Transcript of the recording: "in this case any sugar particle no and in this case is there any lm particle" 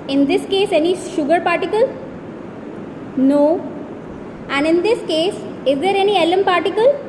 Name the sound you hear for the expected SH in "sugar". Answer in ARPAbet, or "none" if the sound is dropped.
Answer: SH